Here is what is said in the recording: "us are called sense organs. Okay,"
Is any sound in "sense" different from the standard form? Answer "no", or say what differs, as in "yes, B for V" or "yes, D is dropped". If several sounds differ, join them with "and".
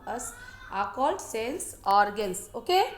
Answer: yes, L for N